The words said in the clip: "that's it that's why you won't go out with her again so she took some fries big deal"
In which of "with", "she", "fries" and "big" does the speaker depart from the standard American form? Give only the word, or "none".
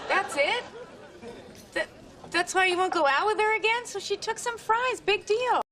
none